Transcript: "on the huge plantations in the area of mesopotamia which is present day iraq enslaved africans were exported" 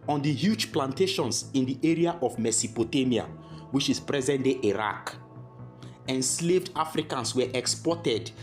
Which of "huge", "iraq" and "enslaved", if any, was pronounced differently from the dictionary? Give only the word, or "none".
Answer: none